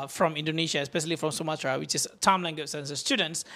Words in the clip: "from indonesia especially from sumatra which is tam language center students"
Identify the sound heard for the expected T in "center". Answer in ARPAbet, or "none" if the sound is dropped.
S